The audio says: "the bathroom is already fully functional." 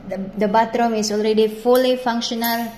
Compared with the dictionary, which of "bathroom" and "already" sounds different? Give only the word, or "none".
bathroom